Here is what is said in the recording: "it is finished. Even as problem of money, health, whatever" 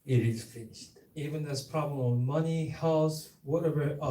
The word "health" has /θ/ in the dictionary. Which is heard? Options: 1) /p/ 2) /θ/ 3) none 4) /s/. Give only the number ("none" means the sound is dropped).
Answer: 4